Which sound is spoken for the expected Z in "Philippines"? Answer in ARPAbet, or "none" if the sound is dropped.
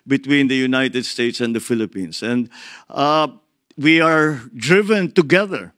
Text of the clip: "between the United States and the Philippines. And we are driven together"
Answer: S